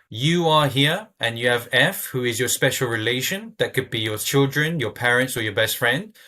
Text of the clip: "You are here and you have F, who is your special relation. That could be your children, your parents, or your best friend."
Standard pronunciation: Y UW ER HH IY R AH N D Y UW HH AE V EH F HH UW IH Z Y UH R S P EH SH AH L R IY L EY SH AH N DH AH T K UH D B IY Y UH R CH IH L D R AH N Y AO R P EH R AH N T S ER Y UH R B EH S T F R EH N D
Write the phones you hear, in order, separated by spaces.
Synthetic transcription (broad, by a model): Y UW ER HH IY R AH N Y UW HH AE V EH F HH UW IH Z Y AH S P EH SH AH L R IY L EY SH AH N DH AH T K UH D B IY Y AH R CH IH L D R AH N Y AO P EH R AH N T S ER Y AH B EH S T F R EH N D